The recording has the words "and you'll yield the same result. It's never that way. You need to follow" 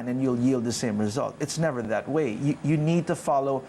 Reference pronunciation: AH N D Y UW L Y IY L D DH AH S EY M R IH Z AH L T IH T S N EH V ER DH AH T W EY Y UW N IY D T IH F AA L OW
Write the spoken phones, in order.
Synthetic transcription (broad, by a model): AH N Y UW L Y IY L D DH AH S EY M R IH Z AH L T IH T S N EH V ER DH AH T W EY Y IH N IY D T IH F AA L OW